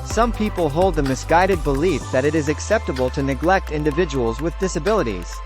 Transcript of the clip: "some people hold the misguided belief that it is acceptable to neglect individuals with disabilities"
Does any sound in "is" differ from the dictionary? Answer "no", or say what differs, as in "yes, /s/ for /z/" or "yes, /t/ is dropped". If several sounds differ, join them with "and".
no